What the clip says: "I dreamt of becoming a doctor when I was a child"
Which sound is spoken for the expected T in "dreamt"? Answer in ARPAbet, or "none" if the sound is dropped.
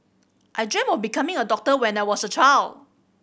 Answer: none